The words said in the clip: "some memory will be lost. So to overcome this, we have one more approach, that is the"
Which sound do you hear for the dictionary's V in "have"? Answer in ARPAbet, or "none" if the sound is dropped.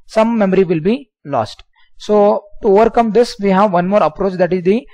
V